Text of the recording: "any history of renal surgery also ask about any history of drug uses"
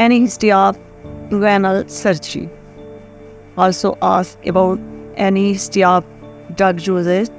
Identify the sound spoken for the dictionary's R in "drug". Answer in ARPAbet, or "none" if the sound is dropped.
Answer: none